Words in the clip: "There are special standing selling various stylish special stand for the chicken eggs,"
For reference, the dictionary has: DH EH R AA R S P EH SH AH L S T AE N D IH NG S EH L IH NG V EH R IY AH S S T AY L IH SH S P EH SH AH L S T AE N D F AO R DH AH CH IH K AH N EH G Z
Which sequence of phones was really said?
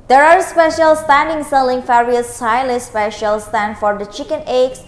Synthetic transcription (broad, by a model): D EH R AA R S P EH SH AH L S T AE N D IH NG S EH L IH NG F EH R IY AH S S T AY L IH S P EH SH AH L S T AE N D F AO R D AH CH IH K AH N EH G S